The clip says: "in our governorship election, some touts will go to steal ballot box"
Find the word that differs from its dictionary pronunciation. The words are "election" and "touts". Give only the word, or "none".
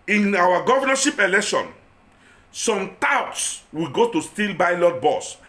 none